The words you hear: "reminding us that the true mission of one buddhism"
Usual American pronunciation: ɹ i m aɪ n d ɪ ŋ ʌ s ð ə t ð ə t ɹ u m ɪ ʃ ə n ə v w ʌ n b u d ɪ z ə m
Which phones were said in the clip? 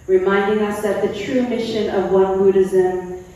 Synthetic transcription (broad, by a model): ɹ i m aɪ n d ɪ ŋ ʌ s ð ə t ð ə t ɹ u m ɪ ʃ ə n ə v w ʌ n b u d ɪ z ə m